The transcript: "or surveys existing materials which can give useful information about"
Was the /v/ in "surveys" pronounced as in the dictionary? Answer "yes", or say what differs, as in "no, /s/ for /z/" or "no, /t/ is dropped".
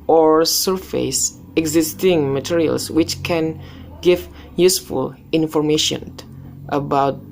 no, /f/ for /v/